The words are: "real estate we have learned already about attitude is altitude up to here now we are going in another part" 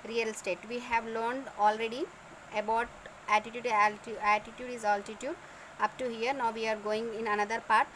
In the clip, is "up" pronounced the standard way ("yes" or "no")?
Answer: yes